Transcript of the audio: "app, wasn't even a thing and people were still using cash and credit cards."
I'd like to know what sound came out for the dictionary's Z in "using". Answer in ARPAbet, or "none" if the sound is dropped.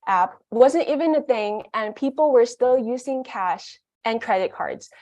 Z